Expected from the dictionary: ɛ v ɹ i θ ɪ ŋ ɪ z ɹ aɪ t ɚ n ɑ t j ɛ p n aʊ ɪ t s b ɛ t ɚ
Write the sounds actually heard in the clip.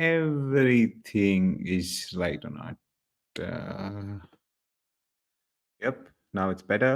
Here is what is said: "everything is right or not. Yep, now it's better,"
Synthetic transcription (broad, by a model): ɛ v ɹ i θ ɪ ŋ ɪ z l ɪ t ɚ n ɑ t j ɛ p n aʊ ɪ t s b ɛ t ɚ